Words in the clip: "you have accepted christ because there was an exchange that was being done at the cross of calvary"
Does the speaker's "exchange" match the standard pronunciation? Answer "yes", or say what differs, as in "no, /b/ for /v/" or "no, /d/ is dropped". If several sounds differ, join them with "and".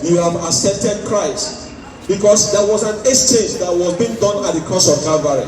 no, /k/ is dropped